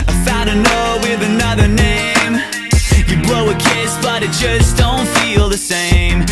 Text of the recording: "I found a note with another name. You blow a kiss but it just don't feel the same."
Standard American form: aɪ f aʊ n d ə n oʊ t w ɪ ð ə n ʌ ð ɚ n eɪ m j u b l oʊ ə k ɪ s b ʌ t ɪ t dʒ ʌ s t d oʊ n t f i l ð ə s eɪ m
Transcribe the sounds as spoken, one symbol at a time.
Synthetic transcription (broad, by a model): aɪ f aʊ d ə n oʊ w ɪ ð ə n ʌ ð ɚ n eɪ m j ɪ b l oʊ ə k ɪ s b ʌ t ɪ t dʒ ʌ s d oʊ n t f i l ð ə s eɪ m